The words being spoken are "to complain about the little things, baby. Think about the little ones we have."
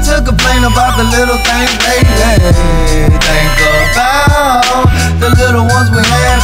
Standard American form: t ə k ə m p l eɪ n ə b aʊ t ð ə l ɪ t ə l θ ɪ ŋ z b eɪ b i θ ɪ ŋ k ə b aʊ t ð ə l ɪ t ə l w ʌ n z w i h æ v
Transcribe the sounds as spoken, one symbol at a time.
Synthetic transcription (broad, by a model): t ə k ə p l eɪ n ə b aʊ t ð ə l ɪ t l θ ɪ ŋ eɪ i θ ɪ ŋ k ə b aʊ ð ə l ɪ t l w ʌ n z w i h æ